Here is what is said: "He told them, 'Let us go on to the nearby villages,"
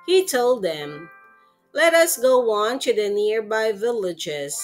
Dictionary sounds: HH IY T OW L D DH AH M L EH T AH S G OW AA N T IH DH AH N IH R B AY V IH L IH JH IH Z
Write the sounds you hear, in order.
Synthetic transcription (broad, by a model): HH IY T OW L D DH AH M L EH T AH S G OW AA N T IH DH AH N IH R B AY V IH L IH JH IH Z